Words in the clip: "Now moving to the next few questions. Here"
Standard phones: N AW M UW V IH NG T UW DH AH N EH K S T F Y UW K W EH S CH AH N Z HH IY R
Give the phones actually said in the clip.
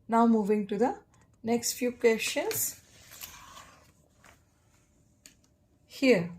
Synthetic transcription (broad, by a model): N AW M UW V IH NG T UW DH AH N EH K S T F Y UW K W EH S SH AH N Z HH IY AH